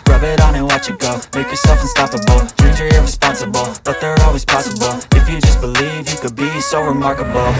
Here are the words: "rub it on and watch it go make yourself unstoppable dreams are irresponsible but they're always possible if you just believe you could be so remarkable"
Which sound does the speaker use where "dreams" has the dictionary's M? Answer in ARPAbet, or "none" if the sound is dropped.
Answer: none